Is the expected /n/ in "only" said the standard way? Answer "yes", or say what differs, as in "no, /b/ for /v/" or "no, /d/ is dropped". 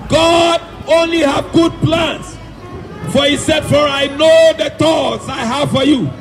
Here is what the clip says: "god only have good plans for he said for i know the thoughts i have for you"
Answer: yes